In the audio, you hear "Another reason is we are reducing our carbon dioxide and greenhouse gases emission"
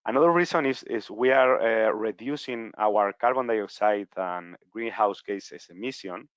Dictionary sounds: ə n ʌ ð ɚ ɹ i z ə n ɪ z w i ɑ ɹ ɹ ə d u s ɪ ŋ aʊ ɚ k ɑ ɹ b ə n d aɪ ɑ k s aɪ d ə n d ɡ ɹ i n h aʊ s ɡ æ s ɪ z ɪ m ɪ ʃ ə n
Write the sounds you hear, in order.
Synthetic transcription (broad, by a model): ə n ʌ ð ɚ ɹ i s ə n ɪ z w i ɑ ɹ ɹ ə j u s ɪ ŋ aʊ ɚ k ɑ ɹ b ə n d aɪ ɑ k s aɪ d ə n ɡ ɹ i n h aʊ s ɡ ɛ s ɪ s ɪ m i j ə n